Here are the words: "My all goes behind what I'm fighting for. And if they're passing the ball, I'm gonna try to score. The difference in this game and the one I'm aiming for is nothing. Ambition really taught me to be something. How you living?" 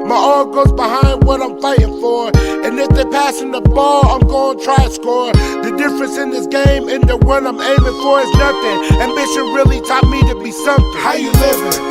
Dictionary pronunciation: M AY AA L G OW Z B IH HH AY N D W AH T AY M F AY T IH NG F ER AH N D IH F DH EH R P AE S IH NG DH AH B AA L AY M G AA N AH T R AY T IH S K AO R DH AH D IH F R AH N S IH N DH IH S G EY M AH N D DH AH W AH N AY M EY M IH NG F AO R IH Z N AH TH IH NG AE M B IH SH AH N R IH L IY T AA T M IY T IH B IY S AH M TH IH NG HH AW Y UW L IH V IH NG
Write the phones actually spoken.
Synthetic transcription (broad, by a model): M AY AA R G OW Z B IH HH AY N D W AH T AY M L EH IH IH NG F ER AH N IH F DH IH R P AE S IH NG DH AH B AA L AY M G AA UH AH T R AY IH S K AO R DH AH D IH F R AH N S IH N DH IH S G EY M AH N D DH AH W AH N AY M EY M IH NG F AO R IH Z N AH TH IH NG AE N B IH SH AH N R IH L IY T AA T M IY T IH B IY S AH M HH AW Y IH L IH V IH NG